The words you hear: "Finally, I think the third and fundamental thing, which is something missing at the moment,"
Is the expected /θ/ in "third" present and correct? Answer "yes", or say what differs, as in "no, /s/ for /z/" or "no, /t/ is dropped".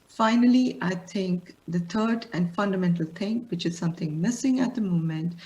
no, /t/ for /θ/